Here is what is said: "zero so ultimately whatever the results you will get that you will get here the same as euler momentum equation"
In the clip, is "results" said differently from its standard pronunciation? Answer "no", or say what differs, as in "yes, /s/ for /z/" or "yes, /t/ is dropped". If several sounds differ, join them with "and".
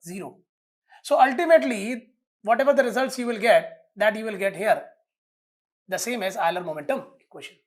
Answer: no